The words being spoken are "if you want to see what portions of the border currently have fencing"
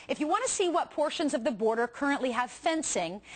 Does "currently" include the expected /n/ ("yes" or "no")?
yes